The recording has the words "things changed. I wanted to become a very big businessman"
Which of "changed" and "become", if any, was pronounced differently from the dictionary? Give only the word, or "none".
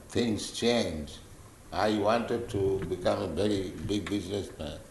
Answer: changed